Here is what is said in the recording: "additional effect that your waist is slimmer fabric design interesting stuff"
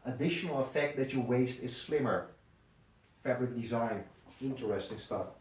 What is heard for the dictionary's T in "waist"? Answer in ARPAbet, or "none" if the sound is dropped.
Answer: T